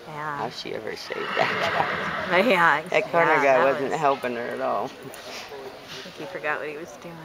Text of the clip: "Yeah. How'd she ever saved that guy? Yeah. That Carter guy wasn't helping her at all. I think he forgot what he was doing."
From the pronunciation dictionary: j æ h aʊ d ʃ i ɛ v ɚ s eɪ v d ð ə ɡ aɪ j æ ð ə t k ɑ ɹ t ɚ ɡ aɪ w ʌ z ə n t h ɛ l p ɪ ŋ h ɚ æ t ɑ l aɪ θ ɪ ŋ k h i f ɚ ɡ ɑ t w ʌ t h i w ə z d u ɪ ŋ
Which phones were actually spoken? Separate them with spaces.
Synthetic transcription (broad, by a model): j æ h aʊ ʃ i ɛ v ɚ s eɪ d ð ə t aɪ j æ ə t k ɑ ɹ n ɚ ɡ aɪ w ʌ z ə n t h ɛ l p ɪ ŋ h ɚ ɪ t ɑ l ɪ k h i f ɚ ɡ ɑ t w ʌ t h i w ə z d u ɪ